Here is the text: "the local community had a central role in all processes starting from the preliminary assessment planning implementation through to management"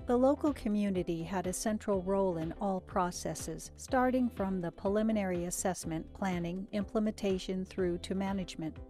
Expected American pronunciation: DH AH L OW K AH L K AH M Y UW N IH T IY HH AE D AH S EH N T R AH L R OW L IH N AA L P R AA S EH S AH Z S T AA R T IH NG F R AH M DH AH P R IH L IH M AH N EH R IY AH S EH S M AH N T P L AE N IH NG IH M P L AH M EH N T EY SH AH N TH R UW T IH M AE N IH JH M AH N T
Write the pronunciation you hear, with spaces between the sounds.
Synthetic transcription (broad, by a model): DH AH L OW K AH L K AH M Y UW N IH T IY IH D AH S EH N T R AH L R OW L IH N AA L P R AA S EH S AH Z S T AA R T IH NG F R AH M DH AH P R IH L IH M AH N EH R IY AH S EH S M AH N P L AE N IH NG IH M P L AH M EH N T EY SH AH N TH R UW T IH M AE N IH JH M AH N T